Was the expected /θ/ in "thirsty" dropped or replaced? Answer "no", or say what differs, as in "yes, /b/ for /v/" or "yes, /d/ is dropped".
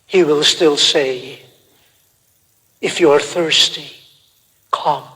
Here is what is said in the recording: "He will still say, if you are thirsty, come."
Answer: no